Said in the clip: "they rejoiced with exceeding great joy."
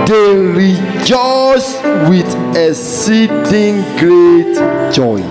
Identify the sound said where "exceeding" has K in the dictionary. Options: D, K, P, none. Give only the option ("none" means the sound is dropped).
none